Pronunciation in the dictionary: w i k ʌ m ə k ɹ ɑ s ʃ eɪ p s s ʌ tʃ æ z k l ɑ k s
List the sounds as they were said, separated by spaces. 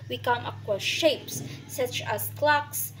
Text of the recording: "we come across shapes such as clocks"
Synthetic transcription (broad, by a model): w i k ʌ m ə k w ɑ ʃ eɪ p s s ʌ tʃ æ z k l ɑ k s